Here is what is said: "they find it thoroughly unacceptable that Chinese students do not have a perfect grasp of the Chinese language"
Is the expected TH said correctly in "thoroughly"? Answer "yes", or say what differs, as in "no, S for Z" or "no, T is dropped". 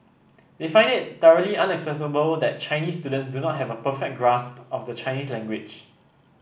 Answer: no, T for TH